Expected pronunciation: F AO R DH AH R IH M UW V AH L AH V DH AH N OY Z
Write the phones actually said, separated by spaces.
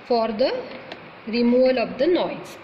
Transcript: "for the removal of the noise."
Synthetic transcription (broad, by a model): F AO R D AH R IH M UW AH L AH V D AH N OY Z